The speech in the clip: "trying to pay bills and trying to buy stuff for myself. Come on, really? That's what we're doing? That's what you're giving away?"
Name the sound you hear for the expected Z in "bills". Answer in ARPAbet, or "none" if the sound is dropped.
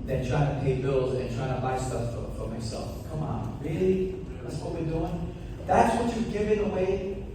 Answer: Z